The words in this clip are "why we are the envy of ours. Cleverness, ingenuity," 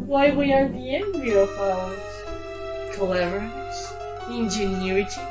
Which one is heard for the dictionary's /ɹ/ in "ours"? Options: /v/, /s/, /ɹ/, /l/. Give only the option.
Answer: /l/